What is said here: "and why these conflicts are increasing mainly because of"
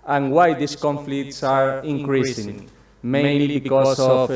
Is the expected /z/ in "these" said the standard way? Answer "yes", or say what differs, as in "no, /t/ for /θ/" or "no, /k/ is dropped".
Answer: no, /s/ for /z/